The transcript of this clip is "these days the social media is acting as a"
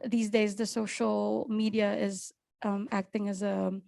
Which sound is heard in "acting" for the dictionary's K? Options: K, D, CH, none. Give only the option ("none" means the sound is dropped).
K